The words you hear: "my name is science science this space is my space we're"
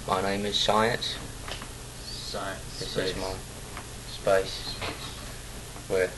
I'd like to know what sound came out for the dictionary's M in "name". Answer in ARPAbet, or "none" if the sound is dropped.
M